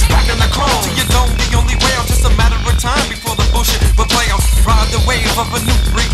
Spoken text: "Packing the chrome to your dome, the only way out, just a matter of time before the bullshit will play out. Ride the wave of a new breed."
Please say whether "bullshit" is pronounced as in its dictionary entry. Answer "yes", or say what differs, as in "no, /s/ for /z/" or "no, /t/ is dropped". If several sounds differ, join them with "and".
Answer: no, /l/ is dropped